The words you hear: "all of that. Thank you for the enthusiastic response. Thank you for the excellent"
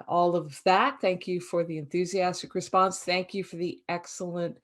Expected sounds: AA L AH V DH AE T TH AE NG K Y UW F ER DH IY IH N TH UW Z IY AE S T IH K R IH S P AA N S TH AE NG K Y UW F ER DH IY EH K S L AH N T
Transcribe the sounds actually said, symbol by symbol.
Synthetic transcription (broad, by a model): AA L AH V DH AE T TH AE NG K Y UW F ER DH IY IH N TH UW Z IY AE S T IH K R IH S P AA N S TH AE NG K Y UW F ER DH IY EH K S L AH N T